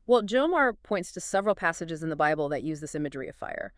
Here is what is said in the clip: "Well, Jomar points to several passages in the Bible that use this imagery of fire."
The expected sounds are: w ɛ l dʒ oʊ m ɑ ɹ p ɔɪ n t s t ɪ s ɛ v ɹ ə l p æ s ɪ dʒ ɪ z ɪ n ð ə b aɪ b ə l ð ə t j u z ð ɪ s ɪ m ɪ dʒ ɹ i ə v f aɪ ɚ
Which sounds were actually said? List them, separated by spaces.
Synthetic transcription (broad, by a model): w ɛ l dʒ oʊ m ɑ ɹ p ɔɪ n t s t ɪ s ɛ v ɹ l p æ s ɪ dʒ ɪ z ɪ n ð ə b aɪ b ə l ð ə t j u z ð ɪ s ɪ m ɪ dʒ ɹ i ə v f aɪ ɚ